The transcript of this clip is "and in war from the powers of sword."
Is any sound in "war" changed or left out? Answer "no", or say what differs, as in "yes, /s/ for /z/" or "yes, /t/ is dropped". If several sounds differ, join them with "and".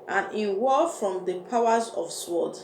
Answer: yes, /l/ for /ɹ/